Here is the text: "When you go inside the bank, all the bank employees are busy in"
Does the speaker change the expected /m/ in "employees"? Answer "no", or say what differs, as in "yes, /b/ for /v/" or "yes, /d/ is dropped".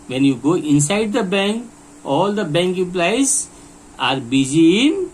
yes, /m/ is dropped